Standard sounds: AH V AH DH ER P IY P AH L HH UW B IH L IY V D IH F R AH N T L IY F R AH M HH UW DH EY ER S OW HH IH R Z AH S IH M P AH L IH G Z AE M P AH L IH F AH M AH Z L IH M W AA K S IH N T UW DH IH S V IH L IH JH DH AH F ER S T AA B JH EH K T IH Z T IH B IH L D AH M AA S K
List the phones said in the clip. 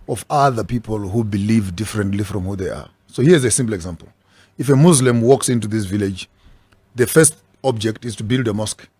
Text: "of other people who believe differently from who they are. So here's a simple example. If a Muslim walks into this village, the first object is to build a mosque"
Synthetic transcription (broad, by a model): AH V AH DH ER P IY P AH L HH UW B IH L IY V D IH F R AH N T L IY F R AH M HH UW DH EY ER S OW HH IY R Z AH S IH M P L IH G Z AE M P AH L IH F AH M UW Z L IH M W AA K S IH N T UW DH IH S V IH L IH JH DH AH F ER S T AA B JH EH K T IH Z T IH B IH L D AH M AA S K